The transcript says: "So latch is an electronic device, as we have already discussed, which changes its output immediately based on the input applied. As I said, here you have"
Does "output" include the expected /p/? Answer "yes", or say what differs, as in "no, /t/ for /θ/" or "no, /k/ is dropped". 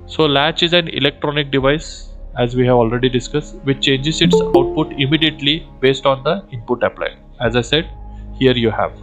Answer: yes